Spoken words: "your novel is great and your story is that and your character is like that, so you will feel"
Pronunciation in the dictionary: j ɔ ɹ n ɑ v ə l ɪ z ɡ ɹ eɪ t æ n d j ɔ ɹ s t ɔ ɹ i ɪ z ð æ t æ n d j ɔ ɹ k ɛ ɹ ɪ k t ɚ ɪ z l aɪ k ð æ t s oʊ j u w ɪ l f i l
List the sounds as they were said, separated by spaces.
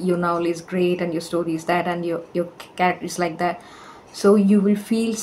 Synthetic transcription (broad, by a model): j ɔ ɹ n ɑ ə l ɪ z ɡ ɹ eɪ t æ n d j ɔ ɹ s t ɔ ɹ i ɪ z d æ t æ n d j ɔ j k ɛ ɹ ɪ k t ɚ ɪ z l aɪ k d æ t s oʊ j u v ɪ l f i l